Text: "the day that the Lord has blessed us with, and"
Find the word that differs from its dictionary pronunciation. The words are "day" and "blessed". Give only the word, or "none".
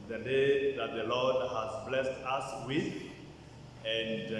none